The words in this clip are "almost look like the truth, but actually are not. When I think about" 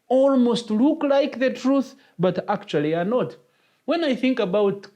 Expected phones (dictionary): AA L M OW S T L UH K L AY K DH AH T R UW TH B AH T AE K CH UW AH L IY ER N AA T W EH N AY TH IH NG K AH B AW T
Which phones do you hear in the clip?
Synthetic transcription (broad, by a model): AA L M OW S T L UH K L AY K DH AH T R UW TH B AH T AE K CH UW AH L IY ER N AA T W EH N AY TH IH NG K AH B AW T